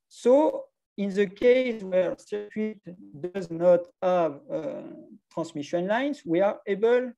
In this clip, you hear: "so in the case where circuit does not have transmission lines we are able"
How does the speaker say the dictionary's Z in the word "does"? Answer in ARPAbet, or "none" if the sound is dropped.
Z